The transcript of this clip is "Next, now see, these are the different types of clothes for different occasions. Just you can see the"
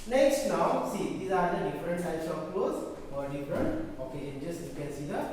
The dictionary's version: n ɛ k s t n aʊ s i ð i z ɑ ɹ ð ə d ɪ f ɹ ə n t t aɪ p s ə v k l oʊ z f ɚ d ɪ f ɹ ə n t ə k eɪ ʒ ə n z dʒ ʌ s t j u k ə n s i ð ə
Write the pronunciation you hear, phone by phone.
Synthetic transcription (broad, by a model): n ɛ k s t n aʊ s i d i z ɑ ɹ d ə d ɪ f ɹ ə n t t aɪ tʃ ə p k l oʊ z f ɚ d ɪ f ɹ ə n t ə k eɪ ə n dʒ ʌ s t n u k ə l s i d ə